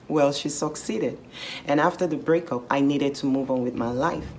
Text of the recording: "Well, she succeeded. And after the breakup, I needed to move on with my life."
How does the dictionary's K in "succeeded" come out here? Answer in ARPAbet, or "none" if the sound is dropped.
K